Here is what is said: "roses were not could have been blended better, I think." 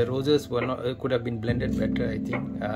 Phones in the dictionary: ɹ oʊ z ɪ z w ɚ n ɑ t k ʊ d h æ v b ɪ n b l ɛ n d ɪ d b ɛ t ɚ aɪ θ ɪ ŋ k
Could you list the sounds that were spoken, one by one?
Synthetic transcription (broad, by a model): ɹ oʊ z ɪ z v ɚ n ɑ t k ʊ d h æ v b ɪ n b l ɛ n d ɪ d b ɛ t ɚ aɪ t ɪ ŋ k